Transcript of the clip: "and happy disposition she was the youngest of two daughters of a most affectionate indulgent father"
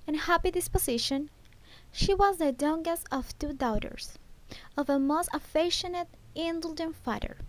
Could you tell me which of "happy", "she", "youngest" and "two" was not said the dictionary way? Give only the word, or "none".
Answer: youngest